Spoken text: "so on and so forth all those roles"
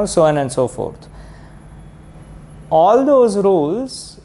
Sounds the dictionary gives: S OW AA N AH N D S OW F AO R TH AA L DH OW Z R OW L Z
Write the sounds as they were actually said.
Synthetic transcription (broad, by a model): S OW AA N AH N D S OW F AO R T AA L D OW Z R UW L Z